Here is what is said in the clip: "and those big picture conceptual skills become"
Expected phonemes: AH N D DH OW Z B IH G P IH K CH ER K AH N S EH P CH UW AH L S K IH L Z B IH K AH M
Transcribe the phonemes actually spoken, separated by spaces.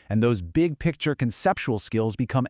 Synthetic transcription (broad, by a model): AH N DH OW Z B IH G P IH K CH ER K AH N S EH P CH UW L S K IH L Z B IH K AH M